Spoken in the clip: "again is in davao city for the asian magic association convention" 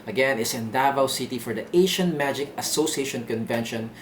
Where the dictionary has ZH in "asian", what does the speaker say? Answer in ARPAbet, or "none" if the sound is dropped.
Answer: SH